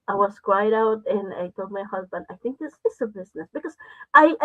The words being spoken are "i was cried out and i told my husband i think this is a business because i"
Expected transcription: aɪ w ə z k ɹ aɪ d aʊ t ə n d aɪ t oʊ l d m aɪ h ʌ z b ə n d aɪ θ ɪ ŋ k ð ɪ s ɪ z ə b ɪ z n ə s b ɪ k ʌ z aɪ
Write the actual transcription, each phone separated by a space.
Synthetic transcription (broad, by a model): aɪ w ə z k w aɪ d aʊ t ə n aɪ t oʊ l m aɪ h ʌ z b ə n d aɪ θ ɪ ŋ k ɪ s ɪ s ə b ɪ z n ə s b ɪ k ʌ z aɪ